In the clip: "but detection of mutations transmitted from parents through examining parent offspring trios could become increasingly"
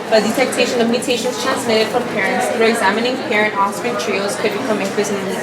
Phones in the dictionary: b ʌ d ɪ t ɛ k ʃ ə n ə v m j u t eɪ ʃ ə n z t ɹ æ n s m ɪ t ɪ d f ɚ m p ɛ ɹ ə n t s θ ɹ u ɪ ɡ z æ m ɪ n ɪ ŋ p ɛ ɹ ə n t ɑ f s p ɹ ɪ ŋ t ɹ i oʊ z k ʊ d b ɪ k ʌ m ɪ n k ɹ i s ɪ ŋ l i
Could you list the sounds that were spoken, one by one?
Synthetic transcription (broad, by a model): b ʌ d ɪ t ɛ k ʃ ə n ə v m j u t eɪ ʃ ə n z t ɹ æ n s m ɪ t ɪ d f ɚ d p ɛ ɹ ə n t s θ ɹ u ɪ ɡ z æ m ɪ n ɪ ŋ p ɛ ɹ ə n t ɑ s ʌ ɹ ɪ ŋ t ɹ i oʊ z k ʊ d b ɪ k ʌ m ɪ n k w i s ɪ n